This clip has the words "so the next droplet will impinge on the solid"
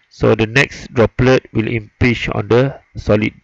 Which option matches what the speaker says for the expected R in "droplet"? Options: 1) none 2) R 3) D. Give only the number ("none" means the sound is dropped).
2